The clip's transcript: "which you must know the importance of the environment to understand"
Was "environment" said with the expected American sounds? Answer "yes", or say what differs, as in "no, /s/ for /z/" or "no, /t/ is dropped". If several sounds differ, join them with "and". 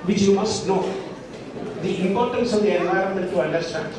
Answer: no, /ɹ/ is dropped